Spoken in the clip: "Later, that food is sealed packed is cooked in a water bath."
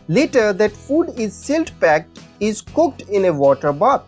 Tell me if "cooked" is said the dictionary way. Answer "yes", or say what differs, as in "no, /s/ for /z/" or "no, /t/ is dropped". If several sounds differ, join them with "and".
yes